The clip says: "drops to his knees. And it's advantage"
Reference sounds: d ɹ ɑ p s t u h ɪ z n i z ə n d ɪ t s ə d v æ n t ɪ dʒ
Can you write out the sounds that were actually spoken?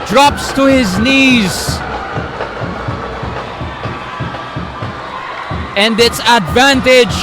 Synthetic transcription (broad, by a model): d ɹ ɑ p s t u h ɪ z n i z ə n d ɪ t s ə d v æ n t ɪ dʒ